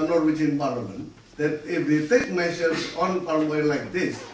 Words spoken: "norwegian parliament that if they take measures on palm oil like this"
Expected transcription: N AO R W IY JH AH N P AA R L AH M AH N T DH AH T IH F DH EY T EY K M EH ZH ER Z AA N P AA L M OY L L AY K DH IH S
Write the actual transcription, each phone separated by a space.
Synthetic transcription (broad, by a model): N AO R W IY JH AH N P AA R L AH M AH N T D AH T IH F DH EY T EY K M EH S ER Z AA N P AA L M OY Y L AY K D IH S